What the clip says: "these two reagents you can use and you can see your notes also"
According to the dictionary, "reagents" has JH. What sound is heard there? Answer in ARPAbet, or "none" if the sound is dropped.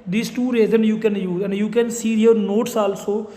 Z